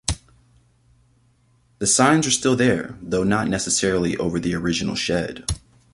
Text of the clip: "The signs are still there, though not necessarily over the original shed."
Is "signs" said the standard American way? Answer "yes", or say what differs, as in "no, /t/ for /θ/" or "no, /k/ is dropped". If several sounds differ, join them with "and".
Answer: yes